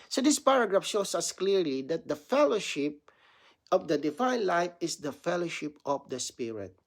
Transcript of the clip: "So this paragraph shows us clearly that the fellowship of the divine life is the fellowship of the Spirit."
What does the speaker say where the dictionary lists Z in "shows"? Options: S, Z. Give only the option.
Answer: S